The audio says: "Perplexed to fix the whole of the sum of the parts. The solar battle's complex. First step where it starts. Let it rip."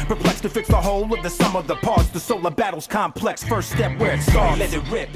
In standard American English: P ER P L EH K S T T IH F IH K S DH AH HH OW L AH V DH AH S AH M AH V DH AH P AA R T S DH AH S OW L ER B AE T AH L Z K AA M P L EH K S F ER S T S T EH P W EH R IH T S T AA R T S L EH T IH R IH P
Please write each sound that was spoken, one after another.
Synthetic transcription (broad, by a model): P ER P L EH K S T T IH F IH K S DH AH HH OW L AH V DH AH S AH M AH V DH AH P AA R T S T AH S OW L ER B AE T L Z K AA M P L EH K S F ER S T S T EH P W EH R IH T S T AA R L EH IH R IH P